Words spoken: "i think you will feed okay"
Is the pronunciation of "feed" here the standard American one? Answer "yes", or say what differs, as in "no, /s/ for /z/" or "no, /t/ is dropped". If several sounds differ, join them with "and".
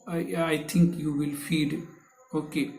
yes